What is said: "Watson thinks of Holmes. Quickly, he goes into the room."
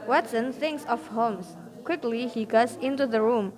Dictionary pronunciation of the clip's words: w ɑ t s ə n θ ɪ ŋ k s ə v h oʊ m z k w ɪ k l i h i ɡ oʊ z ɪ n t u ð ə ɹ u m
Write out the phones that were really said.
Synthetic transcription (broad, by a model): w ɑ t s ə n θ ɪ ŋ k s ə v h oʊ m s k w ɪ k l i h i ɡ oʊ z ɪ n t u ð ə ɹ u m